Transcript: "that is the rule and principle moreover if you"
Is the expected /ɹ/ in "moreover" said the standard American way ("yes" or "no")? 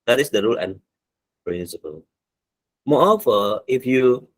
no